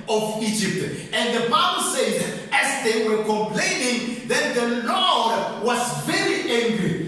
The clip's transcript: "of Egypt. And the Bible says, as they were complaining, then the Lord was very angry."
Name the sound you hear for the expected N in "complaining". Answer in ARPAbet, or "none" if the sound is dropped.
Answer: N